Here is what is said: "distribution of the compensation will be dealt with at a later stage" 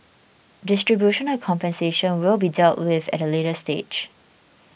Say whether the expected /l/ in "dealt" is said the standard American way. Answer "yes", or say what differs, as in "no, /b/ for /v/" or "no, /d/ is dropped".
yes